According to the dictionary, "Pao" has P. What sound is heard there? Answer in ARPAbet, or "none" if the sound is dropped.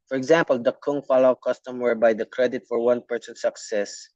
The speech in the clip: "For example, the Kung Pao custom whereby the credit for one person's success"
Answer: F